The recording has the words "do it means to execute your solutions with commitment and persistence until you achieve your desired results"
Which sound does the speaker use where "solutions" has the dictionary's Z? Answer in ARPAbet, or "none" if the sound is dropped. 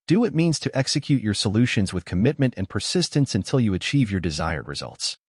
Z